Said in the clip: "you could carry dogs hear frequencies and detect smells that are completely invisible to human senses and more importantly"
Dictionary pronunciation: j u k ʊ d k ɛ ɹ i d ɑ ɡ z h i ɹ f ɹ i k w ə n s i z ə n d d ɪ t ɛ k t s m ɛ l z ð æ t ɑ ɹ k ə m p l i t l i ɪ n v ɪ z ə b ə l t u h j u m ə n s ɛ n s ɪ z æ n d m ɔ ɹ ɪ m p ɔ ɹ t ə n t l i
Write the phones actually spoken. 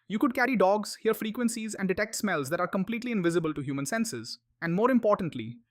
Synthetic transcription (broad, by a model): j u k ʊ d k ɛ ɹ i d ɑ ɡ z h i ɹ f ɹ i k w ə n s i z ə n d d ɪ t ɛ k t s m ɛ l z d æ t ɑ ɹ k ə m p l i t l i ɪ n v ɪ z ə b ə l t u h j u m ə n s ɛ n s ɪ z æ n d m ɔ ɹ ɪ m p ɔ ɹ t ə n t l i